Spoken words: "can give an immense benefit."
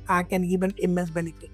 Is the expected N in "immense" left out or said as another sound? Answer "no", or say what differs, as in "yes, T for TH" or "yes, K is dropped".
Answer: yes, N is dropped